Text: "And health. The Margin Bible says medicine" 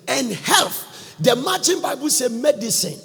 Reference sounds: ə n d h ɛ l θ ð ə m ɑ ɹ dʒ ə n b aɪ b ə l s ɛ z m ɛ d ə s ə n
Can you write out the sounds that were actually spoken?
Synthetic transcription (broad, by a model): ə n h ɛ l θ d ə m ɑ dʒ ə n b aɪ b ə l s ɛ m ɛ d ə s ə n